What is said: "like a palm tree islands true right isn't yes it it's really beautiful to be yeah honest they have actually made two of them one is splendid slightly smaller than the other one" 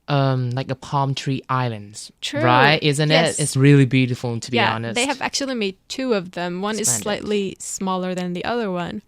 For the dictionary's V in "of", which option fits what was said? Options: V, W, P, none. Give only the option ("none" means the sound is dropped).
V